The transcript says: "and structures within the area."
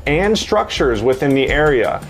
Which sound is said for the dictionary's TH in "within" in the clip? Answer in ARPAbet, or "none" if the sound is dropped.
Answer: TH